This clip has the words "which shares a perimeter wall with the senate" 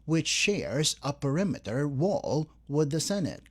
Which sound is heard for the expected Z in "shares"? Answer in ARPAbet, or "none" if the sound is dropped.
Z